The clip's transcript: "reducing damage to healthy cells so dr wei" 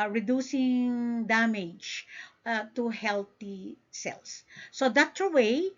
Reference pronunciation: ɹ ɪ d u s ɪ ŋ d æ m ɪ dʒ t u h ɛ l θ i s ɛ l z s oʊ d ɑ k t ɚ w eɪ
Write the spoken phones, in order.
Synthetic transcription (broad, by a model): ɹ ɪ d u s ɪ ŋ d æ m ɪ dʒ t u h ɛ l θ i s ɛ l s oʊ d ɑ t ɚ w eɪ